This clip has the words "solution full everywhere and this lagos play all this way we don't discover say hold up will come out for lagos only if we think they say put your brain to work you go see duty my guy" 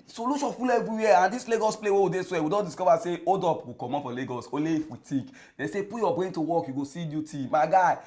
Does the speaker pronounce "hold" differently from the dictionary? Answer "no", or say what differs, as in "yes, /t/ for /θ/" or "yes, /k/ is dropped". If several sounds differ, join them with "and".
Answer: yes, /l/ is dropped